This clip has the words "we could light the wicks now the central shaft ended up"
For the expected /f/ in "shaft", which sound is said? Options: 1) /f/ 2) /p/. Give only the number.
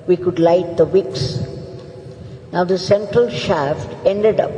1